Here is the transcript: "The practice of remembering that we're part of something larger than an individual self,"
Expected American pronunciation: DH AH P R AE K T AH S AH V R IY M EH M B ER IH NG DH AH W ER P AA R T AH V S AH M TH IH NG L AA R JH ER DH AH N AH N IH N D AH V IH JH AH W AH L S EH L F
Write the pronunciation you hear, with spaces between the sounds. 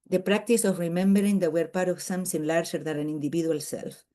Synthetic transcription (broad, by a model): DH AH P R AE K T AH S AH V R IY M EH M B ER IH NG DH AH W ER P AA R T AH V S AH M S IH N L AA R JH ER DH AH N AH N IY N D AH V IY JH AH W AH L S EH L F